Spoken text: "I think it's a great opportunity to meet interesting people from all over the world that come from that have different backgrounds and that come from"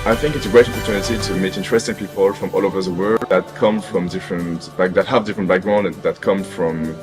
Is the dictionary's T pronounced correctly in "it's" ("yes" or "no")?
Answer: yes